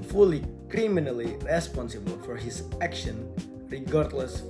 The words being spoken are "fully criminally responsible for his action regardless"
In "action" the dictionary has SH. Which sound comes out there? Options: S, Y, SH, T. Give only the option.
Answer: SH